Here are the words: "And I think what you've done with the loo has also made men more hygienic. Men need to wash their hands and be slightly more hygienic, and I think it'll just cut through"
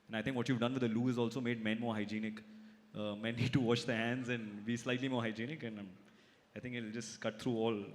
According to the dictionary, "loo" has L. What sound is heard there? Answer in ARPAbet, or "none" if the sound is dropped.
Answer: L